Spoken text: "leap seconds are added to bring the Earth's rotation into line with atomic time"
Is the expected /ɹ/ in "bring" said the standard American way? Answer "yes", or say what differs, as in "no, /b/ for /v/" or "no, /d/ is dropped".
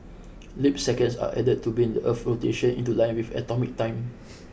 no, /ɹ/ is dropped